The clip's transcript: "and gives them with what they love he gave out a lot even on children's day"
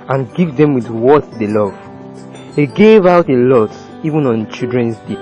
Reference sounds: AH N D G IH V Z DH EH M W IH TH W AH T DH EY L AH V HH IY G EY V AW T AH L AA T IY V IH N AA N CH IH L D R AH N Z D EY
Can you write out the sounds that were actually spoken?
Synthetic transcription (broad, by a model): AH N G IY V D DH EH M W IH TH W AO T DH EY L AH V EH G EY V AW T AH L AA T IY V IH N AA N CH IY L D R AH N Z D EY